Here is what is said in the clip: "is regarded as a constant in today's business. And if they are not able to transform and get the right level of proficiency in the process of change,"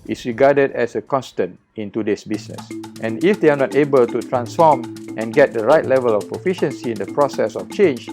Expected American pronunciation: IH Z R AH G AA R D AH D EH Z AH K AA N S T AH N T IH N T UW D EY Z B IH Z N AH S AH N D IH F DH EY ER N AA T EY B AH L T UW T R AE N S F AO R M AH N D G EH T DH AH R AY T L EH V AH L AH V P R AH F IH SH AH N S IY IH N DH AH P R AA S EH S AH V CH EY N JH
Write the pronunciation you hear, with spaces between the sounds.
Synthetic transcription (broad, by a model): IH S R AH G AA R D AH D EH S AH K AA N S T AH N T IH N T UW D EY S B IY S N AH S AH N IH F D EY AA N AA T EY B AH L T UW T R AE N S F AO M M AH N G EH T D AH R AY T L EH V AH L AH F P R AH F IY SH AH N S IY IH N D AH P R AA S EH S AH F CH EY N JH